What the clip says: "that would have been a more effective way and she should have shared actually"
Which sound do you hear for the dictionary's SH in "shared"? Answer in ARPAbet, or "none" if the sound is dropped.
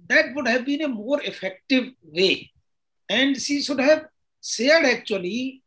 S